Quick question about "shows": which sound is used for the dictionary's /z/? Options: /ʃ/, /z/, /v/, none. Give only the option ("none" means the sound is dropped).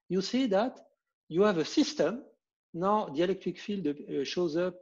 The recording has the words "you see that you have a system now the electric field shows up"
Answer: /z/